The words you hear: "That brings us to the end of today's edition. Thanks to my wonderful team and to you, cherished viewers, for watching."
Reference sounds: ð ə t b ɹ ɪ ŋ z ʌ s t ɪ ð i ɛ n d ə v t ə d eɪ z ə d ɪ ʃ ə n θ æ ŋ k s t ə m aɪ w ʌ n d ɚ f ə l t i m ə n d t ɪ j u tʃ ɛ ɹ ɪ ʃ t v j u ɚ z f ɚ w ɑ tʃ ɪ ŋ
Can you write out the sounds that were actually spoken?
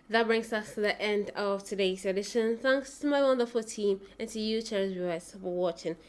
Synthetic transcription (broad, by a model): ð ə t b ɹ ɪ ŋ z ʌ s t ɪ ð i ɛ n d ə v t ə d eɪ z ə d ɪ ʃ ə n θ æ ŋ k s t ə m aɪ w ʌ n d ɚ f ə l t i m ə n t ɪ j u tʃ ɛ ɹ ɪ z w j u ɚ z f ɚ w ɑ tʃ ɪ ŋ